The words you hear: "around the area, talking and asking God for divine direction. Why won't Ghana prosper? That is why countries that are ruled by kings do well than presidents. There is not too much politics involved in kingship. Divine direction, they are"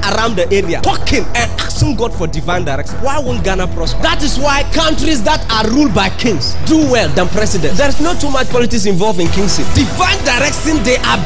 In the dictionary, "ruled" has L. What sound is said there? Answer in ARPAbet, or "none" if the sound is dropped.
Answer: L